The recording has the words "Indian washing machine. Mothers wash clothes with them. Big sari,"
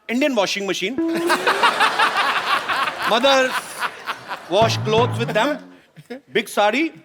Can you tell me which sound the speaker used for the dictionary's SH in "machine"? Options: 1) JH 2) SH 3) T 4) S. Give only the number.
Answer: 2